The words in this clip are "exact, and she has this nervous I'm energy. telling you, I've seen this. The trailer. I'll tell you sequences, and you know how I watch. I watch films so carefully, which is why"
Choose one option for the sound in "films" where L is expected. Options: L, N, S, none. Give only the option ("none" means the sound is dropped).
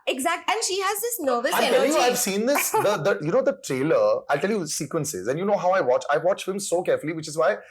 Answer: none